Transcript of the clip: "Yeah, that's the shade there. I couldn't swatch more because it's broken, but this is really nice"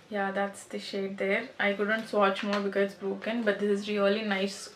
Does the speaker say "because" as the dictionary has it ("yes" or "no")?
no